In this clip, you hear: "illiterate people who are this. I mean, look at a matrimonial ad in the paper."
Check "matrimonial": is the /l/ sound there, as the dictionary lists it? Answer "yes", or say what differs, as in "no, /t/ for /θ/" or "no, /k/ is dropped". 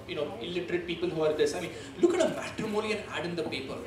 no, /n/ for /l/